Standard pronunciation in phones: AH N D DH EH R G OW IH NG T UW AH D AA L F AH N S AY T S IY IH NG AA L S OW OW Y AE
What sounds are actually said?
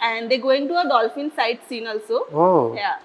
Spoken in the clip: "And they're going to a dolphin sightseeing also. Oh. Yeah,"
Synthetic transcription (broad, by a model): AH N D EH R G OW IH NG T UW AH D AA L F AH N S AY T S IY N AA L S OW OW Y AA